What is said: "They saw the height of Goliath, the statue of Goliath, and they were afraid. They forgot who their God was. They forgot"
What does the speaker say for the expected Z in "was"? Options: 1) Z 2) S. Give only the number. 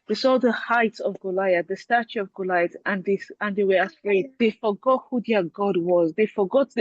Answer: 1